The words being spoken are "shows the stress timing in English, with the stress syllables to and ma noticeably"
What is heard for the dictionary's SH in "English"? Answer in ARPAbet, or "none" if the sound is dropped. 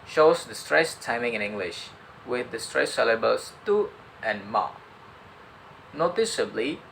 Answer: SH